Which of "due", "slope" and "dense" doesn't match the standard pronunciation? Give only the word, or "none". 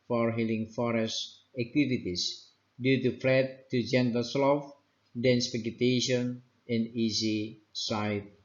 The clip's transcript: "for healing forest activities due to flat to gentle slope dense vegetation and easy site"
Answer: slope